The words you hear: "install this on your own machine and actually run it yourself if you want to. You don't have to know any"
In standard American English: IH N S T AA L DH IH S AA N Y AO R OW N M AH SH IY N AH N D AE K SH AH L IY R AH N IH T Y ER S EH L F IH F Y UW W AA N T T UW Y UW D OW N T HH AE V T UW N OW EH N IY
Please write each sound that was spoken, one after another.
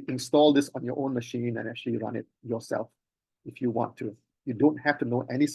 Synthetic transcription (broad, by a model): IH N S T AA L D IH S AA N Y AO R OW N M AH SH IY N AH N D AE K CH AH L IY R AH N IH T Y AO S EH L F IH F Y UW W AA N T T UW Y UW D OW N T HH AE F T UW N OW EH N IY